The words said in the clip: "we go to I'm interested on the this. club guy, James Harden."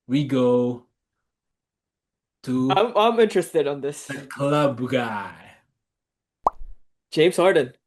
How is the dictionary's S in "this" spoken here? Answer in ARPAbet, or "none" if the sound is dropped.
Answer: none